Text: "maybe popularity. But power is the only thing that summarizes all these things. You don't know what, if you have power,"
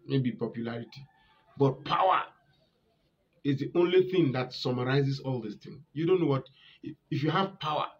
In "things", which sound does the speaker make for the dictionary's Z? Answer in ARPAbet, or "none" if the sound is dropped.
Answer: none